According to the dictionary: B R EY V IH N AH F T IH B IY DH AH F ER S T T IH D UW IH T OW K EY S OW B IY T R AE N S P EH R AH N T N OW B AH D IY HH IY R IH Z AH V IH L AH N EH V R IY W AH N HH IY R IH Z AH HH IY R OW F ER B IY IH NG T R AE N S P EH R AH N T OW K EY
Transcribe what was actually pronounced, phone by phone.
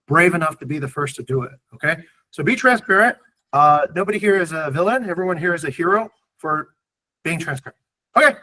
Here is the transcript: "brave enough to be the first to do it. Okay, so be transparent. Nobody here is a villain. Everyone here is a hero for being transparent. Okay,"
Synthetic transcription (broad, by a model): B R EY V IH N AH F T IH B IY DH AH F ER S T T IH D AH IH T OW K EY S OW B IY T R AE N S P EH R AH N T N OW B AH D IY HH IY R IH Z AH V IH L AH N EH V R IY W AH N HH IY R IH Z AH HH IY R OW F ER B IY IH NG T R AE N S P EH R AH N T OW K EY